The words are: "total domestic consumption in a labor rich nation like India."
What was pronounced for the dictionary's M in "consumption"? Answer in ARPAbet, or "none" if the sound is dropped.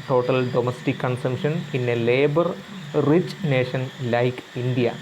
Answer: M